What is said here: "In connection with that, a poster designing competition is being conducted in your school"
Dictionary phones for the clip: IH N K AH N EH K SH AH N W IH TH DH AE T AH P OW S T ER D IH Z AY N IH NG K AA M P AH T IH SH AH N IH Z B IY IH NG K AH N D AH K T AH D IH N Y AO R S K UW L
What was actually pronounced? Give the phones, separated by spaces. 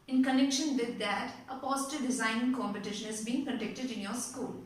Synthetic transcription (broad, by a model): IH N K AH N EH K SH AH N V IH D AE T AH P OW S T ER D IH Z AY N IH NG K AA M P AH T IH SH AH N IH Z B IY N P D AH D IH K T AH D IH N Y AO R S K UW L